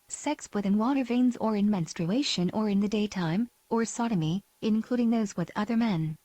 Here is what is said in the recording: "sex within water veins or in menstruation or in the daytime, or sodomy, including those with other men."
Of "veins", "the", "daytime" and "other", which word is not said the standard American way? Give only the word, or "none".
none